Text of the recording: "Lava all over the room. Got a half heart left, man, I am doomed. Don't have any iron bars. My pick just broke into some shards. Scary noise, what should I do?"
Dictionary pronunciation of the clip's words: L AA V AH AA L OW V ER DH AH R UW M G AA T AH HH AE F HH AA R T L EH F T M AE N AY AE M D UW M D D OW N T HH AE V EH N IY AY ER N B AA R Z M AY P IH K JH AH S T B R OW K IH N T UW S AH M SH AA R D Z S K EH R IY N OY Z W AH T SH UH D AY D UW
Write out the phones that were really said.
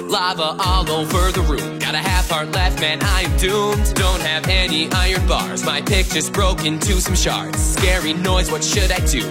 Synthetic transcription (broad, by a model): L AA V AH AA L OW F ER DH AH R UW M G AA T AH HH AE F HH AA R T L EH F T M AE N AY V D UW M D D OW N T HH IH V EH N IY AY ER N B AA R Z M AY P IH K CH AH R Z B R OW K IH N T UW S AH M SH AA R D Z S K EH R IY N OY Z W AH T SH UH D AY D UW